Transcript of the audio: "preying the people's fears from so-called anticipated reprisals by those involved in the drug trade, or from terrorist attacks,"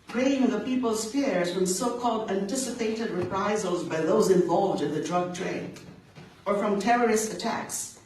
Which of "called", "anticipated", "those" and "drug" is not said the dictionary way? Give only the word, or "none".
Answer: none